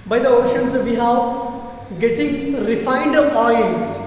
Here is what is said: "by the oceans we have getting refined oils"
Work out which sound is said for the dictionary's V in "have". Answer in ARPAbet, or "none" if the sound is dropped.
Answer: F